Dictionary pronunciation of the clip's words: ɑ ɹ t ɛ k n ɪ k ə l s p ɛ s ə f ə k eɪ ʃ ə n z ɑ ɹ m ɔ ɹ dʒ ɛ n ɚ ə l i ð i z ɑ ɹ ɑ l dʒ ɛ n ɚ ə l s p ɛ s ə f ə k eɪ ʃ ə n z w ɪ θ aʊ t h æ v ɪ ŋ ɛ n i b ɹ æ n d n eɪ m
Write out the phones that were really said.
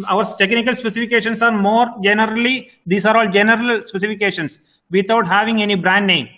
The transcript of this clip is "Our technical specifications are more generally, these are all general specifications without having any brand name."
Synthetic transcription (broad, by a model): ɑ ɹ t ɛ k n ɪ k ə l s p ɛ s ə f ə k eɪ ʃ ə n s ɑ ɹ m ɔ ɹ dʒ ɛ n ɚ ə l i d i s ɑ ɹ ɑ l dʒ ɛ n ɚ ə l s p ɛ s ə f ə k eɪ ʃ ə n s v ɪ t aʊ t h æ v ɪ ŋ ɛ n i b ɹ æ n d n eɪ m